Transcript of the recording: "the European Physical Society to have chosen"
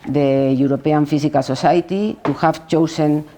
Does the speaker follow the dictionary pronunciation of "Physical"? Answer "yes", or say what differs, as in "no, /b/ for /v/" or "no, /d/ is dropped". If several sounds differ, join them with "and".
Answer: no, /s/ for /z/